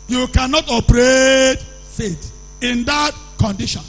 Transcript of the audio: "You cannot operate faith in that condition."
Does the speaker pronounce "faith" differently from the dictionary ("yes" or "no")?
yes